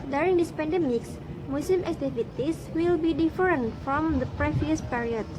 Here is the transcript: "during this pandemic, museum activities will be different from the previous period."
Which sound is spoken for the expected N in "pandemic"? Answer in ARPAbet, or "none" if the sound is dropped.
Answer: N